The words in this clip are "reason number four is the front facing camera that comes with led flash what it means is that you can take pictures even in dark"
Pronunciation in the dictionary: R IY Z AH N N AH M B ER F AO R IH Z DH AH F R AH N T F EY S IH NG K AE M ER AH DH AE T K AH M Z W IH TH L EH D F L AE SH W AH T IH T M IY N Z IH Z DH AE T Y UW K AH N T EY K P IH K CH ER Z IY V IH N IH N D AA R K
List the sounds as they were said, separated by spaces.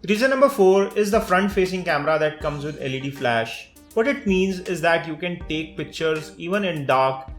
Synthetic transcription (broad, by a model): R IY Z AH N N AH M B ER F AO R IH Z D AH F R AH N T F EY S IH NG K AE M ER AH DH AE T K AH M Z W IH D L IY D F L AE SH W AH T IH T M IY N Z IH Z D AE T Y UW K AH N T EY K P IH K CH ER Z IY V IH N IH N D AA R K